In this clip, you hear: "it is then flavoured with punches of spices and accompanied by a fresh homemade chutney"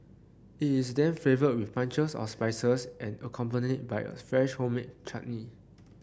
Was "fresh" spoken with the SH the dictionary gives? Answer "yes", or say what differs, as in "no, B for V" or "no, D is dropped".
yes